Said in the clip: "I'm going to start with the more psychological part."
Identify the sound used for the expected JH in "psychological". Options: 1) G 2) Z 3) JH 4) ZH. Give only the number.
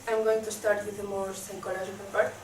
4